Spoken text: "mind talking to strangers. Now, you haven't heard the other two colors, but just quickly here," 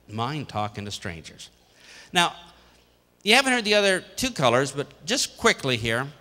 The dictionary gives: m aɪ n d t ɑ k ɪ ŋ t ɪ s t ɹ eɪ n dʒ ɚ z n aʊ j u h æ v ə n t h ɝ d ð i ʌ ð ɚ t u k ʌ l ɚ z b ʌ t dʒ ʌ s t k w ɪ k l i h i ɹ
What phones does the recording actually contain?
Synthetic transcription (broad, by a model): m aɪ n t ɑ k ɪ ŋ t ɪ s t ɹ eɪ n dʒ ɚ z n aʊ j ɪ h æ v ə n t h ɝ d ð i ʌ ð ɚ t u k ʌ l ɚ z b ʌ t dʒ ʌ s k w ɪ k l i h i ɹ